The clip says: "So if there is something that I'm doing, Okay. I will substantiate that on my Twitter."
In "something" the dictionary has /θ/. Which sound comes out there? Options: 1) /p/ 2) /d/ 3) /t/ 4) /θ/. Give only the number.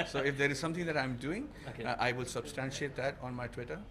3